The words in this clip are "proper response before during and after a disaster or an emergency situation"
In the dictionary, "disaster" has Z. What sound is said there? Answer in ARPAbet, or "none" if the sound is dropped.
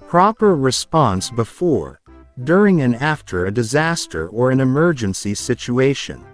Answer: Z